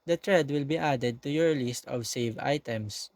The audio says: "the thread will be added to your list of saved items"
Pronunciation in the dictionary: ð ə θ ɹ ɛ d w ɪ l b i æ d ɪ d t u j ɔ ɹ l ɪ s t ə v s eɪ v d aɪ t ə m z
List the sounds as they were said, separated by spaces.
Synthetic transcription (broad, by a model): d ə t ɹ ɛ d w ɪ l b i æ d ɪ d t u j ɔ ɹ l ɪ s t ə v s eɪ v aɪ t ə m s